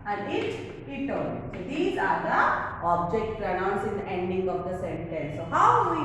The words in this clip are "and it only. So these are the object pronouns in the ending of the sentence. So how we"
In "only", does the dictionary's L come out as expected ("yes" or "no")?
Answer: no